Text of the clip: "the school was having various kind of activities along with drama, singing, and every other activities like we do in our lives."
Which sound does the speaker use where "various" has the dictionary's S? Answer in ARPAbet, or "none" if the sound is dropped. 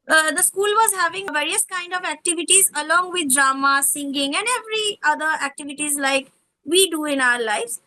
S